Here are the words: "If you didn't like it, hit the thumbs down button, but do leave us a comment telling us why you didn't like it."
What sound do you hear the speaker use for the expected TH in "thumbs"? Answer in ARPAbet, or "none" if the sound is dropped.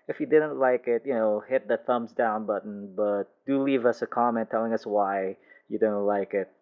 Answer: TH